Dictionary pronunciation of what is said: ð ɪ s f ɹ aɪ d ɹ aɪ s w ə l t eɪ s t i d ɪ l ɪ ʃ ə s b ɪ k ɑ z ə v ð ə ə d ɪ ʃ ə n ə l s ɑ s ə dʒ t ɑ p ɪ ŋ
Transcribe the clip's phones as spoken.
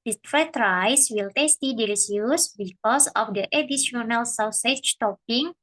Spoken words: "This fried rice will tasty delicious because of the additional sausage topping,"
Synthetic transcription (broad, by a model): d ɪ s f aɪ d ɹ aɪ s w ə l t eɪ s t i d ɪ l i s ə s b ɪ k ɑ s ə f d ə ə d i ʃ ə n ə l s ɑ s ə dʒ t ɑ p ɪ ŋ